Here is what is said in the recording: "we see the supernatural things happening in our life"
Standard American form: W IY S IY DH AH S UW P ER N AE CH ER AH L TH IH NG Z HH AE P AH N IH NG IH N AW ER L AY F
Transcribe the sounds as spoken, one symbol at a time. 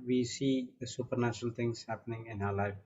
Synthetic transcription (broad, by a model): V IY S IY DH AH S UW P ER N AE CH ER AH L T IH NG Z HH AE P AH N IH NG IH N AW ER L AY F